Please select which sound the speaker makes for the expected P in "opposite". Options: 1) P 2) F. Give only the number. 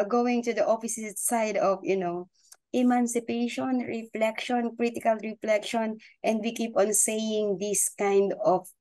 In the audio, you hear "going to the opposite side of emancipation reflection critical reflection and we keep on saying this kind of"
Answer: 2